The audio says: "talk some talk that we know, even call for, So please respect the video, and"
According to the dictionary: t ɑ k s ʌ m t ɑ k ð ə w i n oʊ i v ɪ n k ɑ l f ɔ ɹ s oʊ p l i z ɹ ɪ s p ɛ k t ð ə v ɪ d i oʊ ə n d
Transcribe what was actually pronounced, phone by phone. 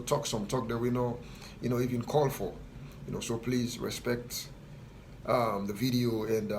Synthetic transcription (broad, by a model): t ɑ k s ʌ m t ɑ k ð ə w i n oʊ i v ɪ n k ɑ l f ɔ ɹ s oʊ p l i z ɹ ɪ s p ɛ k t ð ə v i d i oʊ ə n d